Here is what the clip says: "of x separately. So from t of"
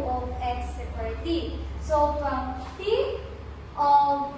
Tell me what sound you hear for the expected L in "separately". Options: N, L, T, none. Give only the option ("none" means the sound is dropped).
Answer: none